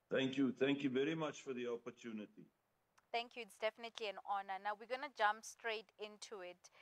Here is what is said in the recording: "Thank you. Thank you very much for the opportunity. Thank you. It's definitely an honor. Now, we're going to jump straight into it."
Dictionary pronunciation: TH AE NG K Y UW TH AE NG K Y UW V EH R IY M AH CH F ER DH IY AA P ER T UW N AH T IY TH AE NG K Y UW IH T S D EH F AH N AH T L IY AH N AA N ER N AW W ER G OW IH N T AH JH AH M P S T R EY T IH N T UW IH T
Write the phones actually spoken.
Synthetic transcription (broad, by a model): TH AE NG K Y UW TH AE NG K Y UW V EH R IY M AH CH F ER DH IY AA P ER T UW N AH T IY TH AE NG K Y UW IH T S D EH F AH N AH T L IY AH N AA N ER N AW W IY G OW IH N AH JH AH M P S T R EY T IH N T UW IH T